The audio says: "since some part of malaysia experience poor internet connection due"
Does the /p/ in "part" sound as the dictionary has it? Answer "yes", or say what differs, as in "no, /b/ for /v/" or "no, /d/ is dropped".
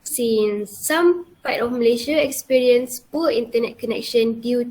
no, /f/ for /p/